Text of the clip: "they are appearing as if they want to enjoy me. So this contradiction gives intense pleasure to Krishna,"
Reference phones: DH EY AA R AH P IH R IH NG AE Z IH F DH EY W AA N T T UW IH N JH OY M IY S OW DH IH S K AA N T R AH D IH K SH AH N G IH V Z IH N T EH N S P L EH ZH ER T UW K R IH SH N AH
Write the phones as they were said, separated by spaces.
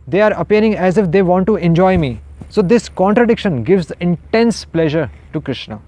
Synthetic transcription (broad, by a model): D EY AA R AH P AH R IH NG AE Z IH F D EY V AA N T T UW IH N JH OY M IY S OW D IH S K AA N T R AH D IH K SH AH N G IH V Z IH N T EH N S P L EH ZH ER T UW K R IH SH N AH